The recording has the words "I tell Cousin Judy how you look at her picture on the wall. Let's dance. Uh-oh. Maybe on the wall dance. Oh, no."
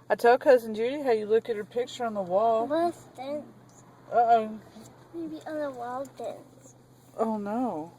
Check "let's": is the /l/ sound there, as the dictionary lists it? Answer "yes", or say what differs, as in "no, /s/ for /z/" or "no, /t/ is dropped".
no, /w/ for /l/